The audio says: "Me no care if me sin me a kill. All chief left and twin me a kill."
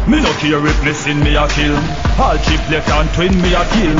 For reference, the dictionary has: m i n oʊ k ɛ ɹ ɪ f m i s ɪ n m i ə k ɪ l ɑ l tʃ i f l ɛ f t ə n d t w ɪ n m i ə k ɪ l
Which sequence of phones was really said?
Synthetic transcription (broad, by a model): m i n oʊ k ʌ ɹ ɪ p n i s ɪ n m i ə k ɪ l ɑ l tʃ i p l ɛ t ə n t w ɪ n m i ə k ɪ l